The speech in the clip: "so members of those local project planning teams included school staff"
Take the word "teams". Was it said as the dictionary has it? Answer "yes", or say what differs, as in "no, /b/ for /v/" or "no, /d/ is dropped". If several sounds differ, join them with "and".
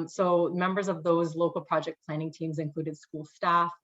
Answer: yes